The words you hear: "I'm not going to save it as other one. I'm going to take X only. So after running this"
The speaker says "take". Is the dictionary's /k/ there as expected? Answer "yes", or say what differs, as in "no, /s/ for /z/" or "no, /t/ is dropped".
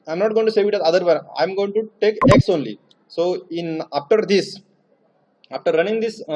yes